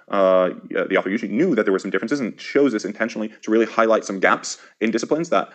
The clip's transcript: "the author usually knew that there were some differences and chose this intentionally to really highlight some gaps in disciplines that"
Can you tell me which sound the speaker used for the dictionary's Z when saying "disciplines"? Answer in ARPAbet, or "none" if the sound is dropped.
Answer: Z